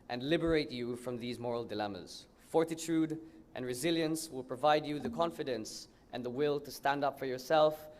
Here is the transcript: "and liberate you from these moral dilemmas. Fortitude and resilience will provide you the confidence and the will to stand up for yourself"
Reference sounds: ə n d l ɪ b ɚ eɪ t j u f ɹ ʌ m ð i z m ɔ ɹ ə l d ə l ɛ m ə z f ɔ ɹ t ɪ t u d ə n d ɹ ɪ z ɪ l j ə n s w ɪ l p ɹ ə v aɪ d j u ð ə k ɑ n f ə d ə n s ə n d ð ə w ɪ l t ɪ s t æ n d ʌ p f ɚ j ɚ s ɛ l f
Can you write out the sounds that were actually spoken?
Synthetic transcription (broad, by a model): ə n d l ɪ b ɚ eɪ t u f ɹ ʌ m ð i z m ɔ ɹ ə l d ə l ɛ m ə z f ɔ ɹ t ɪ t u d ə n ɹ ɪ z ɪ l j ə n s w ɪ l p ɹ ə v aɪ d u ð ə k ɑ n f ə d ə n s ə n ð ə w ɪ l t ɪ s t æ n d ʌ p f ɚ j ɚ s ɛ l f